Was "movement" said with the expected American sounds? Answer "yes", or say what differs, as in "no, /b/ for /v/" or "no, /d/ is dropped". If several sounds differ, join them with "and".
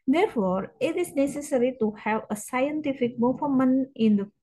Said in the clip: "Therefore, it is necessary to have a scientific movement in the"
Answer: no, /f/ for /v/